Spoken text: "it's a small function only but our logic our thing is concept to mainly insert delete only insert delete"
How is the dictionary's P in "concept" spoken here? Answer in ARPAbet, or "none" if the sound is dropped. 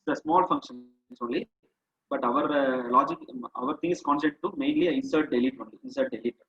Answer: none